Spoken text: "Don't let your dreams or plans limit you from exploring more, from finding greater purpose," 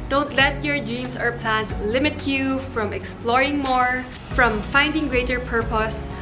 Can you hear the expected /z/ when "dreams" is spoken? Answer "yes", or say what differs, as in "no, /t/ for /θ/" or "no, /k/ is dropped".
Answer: no, /s/ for /z/